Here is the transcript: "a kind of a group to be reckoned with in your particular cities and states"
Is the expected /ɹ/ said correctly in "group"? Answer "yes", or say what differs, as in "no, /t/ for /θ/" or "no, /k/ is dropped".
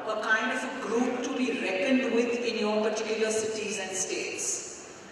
yes